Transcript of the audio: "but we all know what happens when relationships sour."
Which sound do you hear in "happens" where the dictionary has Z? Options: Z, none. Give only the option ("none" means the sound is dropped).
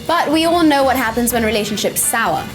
Z